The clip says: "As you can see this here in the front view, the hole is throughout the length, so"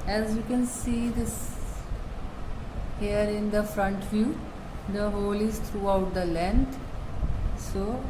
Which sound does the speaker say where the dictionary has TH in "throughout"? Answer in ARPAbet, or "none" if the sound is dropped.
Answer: T